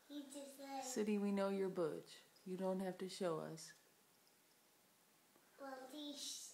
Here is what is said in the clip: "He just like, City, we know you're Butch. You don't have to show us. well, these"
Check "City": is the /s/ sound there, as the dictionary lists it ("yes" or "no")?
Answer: yes